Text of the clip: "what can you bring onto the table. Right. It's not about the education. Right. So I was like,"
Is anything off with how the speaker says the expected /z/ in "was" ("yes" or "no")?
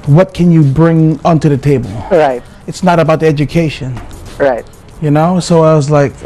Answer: no